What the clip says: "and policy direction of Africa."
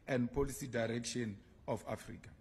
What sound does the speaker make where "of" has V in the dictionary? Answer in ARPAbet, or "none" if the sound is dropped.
F